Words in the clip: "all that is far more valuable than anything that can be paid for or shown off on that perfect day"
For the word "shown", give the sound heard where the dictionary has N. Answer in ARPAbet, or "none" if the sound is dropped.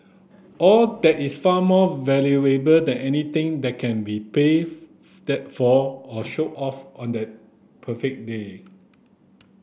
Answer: none